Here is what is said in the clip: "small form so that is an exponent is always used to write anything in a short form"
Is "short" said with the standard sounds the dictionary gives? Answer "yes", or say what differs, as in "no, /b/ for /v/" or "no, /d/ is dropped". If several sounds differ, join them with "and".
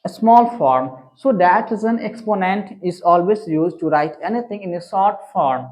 no, /s/ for /ʃ/